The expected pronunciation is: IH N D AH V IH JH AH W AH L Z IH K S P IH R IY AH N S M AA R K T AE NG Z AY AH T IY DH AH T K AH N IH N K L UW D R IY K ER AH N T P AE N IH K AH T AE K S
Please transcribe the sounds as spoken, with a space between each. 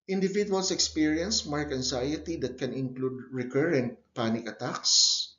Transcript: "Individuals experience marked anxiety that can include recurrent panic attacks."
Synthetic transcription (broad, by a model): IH N D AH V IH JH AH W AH L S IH K S P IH R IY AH N S M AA R K AE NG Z AY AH T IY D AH T K AH N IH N K L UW D R IY K ER AH N T P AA N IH K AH T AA K S